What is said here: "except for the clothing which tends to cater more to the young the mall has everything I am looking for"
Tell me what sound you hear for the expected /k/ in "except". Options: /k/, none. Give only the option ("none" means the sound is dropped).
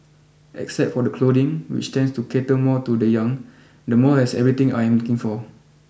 /k/